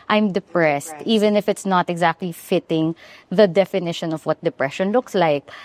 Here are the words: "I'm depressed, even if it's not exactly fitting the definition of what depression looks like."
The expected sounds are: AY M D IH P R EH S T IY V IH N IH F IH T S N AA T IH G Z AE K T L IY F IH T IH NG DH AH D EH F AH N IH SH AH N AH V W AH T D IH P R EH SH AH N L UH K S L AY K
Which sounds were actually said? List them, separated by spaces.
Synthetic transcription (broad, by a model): AY M D IH P R EH S T IY V IH N IH F IH T S N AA T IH G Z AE K T L IY F IH T IH NG DH AH D EH F AH N IH SH AH N AH V W AH T D IH P R EH SH AH N L UH K S L AY K